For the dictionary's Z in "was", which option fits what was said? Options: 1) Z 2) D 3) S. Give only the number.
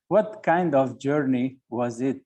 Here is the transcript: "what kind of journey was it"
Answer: 1